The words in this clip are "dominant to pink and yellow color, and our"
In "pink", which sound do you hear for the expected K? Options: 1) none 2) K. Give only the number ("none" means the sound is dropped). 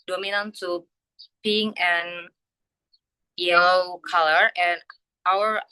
1